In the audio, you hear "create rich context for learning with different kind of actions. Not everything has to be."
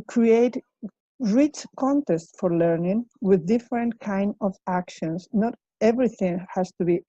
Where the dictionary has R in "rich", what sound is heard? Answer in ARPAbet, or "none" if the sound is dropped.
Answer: R